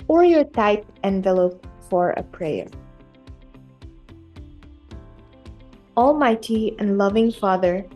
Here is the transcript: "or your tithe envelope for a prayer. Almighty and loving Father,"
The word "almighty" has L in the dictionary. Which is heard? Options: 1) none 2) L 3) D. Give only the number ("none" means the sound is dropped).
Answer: 2